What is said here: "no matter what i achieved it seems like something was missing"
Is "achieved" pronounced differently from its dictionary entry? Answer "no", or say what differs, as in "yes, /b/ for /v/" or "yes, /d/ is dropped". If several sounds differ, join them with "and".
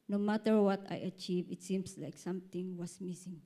yes, /d/ is dropped